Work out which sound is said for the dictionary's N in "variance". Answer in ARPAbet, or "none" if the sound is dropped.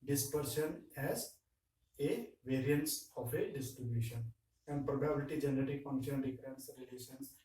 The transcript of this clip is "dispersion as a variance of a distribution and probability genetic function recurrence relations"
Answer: N